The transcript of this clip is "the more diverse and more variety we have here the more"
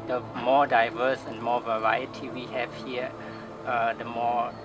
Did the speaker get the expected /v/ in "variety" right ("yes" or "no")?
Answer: yes